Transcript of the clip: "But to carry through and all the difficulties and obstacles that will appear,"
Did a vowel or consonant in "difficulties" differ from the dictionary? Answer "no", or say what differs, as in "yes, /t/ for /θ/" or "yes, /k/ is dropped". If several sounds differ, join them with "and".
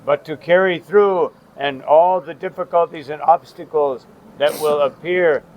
no